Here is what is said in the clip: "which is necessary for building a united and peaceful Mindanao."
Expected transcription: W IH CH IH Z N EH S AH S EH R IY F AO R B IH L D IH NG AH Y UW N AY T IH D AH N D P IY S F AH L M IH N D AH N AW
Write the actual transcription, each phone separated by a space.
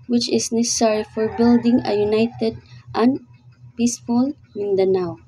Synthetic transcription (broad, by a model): W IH CH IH S N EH S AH S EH R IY F AO R B IH L D IH NG AH Y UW N AY T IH D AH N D P IY S F AH L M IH N D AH N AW